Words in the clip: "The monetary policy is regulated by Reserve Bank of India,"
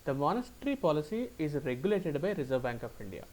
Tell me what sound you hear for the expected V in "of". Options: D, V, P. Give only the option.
P